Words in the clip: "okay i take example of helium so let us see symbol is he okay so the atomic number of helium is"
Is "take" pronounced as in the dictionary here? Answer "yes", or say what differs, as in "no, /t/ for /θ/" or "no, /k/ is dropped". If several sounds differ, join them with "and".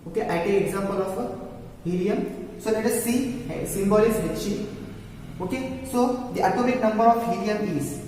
no, /k/ is dropped